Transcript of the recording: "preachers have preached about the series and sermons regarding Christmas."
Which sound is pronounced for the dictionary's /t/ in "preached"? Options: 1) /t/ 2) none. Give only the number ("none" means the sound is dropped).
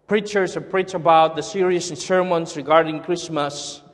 2